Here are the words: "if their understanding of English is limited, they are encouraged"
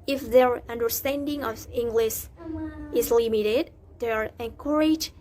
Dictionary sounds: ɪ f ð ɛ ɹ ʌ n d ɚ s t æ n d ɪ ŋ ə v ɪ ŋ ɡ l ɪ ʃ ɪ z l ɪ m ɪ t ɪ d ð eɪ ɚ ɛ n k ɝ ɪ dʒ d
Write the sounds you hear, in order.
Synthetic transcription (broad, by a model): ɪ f ð ɛ ɹ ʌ n d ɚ s t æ n d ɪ ŋ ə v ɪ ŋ ɡ l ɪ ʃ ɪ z l ɪ m ɪ t ɪ d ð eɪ ɚ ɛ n k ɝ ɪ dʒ